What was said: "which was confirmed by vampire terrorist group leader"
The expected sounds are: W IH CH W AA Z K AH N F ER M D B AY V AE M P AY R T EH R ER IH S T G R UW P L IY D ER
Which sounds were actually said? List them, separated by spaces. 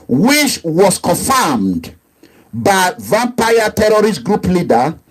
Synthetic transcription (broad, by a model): W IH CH W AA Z K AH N F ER M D B AY V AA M P AY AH T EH R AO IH S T G R UW P L IY D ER